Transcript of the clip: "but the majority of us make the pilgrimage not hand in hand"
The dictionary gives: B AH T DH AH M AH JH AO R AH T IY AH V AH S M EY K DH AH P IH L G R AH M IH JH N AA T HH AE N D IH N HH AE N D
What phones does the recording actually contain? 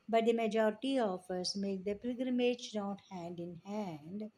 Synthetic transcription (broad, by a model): B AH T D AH M AH JH AO R AH T IY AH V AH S M EY K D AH P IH G R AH M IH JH N AA T HH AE N D IH N HH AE N D